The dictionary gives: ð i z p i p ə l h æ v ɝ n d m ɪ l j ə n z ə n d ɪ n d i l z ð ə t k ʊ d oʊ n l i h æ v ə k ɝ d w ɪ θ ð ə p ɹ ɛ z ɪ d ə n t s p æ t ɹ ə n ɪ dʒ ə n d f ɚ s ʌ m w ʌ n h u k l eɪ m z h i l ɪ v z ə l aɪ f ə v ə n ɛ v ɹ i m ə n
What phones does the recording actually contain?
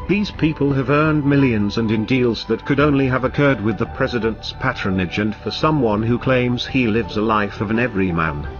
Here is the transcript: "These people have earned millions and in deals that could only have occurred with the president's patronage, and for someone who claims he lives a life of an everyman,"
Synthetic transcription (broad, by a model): ð i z p i p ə l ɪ v ɝ n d m ɪ l j ə n z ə n ɪ n d i l z ð ə t k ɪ d oʊ n l i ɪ v ə k ɝ d w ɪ ð ə p ɹ ɛ z ɪ d ə n t s p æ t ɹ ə n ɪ dʒ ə n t f ɚ s ʌ m w ʌ n h u k l eɪ m z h i l ɪ v z ə l aɪ f ə v ə n ɛ v ɹ i m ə n